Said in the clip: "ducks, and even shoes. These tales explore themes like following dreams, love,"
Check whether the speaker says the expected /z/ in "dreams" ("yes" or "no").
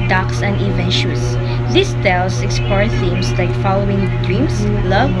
no